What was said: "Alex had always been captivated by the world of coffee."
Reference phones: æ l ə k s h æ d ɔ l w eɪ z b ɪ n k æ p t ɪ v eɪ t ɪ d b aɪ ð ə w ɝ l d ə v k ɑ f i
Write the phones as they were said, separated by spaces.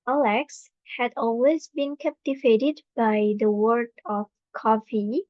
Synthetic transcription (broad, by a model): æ l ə k s h æ d ɔ l w eɪ z b ɪ n k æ p t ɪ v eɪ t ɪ d b aɪ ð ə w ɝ d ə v k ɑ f i